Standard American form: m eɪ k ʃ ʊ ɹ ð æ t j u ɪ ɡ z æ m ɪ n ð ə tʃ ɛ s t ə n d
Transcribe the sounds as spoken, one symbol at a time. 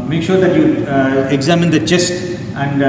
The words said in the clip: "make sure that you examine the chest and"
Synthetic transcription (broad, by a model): m eɪ k ʃ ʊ ɹ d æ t j u ɪ ɡ z æ m ɪ n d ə tʃ ɛ s t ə n d